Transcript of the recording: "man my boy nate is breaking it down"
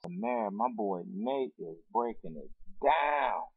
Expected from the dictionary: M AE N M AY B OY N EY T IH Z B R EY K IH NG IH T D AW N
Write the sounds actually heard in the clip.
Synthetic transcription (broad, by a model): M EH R M AY B OY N EY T IH Z B R EY K IH NG IH T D AW N